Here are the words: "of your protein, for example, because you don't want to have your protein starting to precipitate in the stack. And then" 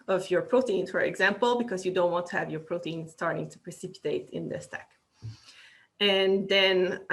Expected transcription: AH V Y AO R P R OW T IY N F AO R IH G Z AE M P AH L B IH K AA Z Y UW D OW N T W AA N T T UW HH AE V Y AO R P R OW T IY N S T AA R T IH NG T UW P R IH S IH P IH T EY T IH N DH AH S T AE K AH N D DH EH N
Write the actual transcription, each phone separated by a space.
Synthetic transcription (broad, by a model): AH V Y AO R P R OW T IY N F AO R IH G Z AE M P AH L B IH K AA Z Y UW D OW N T W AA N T T UW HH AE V Y AO R P R OW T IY N S T AA R T IH NG T UW P R IH S IH P IH T EY T IH N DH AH S T AE K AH N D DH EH N